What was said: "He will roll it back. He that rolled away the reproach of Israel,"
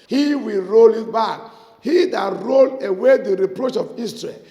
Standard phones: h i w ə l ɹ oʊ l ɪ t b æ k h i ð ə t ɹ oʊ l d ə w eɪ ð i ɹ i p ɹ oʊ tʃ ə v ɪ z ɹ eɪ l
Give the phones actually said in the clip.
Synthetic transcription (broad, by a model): h i w ə l ɹ oʊ l ɪ t b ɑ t h i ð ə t ɹ oʊ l ə w eɪ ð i ɹ i p ɹ oʊ tʃ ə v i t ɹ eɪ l